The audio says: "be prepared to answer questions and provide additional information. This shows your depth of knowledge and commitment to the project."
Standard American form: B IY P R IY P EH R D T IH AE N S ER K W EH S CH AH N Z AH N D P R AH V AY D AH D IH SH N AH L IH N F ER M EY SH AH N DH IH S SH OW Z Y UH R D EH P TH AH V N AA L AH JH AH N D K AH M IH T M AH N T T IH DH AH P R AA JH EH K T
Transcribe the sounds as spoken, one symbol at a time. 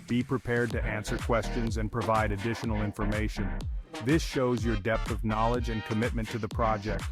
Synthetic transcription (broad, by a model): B IY P R IY P EH R D T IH AE N S ER K W EH S CH AH N Z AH N P R AH V AY D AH D IH SH N L IH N F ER M EY SH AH N DH IH S SH OW Z Y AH R D EH P TH AH V N AA L AH JH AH N K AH M IH T M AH N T T IH DH AH P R AA JH EH K T